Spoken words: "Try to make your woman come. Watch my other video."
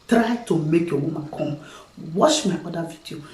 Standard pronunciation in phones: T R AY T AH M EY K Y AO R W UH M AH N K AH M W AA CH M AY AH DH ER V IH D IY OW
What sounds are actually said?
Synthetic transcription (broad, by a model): T R AY T AH M EY K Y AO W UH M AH K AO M W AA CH M AY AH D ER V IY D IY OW